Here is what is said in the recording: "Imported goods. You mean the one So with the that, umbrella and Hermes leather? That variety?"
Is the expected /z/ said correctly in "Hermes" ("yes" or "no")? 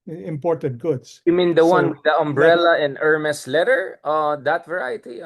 no